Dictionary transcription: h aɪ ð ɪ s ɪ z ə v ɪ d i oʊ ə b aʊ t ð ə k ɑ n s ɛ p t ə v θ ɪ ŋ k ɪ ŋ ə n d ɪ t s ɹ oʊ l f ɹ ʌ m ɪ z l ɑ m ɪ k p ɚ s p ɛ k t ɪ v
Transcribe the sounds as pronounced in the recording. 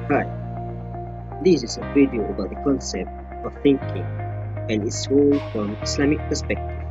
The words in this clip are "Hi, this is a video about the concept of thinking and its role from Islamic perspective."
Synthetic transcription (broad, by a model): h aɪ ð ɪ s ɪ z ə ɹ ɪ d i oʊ ə b aʊ t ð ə k ɑ n s ɛ p t ə v θ ɪ ŋ k ɪ ŋ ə n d ɪ t s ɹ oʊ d f ɹ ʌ m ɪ s l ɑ m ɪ k p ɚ s p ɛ k t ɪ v